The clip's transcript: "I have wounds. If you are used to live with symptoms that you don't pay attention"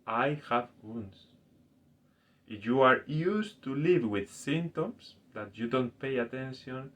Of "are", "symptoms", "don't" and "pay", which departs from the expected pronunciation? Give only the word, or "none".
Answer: symptoms